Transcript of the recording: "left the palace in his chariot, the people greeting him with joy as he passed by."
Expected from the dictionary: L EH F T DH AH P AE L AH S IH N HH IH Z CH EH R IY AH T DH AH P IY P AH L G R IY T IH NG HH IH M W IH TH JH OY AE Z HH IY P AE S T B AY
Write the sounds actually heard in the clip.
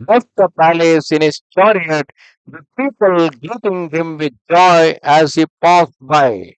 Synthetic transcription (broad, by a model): L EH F T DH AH P AE L AH S IH N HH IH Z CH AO R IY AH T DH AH P IY P AH L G IY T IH NG HH IH M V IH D JH OY AE Z HH IY P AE S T B AY